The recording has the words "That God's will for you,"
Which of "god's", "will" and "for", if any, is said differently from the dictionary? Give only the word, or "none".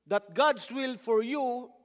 god's